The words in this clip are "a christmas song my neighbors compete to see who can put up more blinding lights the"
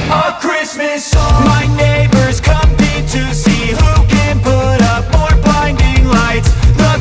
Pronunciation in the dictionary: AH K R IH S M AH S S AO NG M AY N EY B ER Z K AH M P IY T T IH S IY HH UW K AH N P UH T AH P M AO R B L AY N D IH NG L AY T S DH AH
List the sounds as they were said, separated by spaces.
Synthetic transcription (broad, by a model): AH K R IH S M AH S S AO M AY N EY B ER Z K AH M IH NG T IH S IY HH UW K AH N P UH T AH P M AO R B AY N D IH NG L AY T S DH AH